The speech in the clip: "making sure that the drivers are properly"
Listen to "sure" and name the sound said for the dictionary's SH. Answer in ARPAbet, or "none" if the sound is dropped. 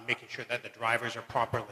SH